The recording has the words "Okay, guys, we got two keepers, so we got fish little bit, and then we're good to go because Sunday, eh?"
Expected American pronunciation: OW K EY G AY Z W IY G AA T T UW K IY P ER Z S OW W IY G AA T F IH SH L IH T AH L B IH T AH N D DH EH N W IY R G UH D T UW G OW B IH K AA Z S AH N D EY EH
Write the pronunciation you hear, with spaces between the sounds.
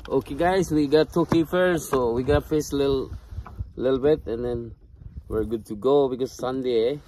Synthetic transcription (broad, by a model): OW K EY G AY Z W IY G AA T T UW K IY F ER S OW W IY G AA T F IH S L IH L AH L B IH T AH N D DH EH N W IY R G UH D T UW G OW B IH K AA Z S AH N D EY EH